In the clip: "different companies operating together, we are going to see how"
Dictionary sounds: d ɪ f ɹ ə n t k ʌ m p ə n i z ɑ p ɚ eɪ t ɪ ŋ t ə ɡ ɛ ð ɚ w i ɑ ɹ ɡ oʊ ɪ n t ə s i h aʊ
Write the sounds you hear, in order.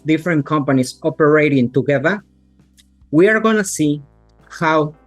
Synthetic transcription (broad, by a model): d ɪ f ɹ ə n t k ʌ m p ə n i s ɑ p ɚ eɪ t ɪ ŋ t ə ɡ ɛ ð ɚ w i ɑ ɹ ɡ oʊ n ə s i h aʊ